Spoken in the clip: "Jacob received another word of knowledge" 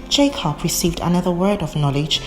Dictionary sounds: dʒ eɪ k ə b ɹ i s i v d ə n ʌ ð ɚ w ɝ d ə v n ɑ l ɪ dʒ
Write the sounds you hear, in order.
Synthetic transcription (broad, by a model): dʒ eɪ k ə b ɹ i s i v d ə n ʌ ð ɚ w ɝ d ə v n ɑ l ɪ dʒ